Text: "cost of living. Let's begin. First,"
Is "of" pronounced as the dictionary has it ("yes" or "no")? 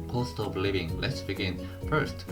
no